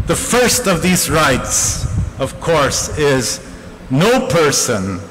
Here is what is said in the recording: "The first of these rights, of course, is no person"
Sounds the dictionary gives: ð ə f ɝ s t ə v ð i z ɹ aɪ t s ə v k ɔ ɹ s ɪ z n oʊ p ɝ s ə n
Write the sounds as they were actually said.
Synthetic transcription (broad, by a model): ð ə f ɝ s t ə v ð i z ɹ aɪ t s ə v k ɔ ɹ s ɪ z n oʊ p ɝ s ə n